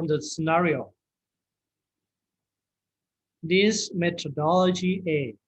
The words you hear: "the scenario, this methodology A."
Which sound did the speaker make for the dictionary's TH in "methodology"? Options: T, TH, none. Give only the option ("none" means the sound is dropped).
T